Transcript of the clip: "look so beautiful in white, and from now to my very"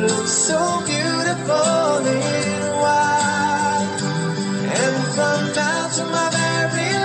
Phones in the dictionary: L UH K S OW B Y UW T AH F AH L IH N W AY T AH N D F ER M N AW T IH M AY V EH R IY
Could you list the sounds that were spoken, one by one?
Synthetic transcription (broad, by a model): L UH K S OW B Y UW T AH F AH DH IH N W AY AH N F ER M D AW T IH M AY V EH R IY